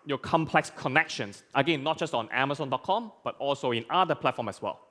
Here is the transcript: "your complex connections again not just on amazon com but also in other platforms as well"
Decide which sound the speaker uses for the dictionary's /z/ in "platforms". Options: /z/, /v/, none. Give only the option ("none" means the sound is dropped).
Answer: none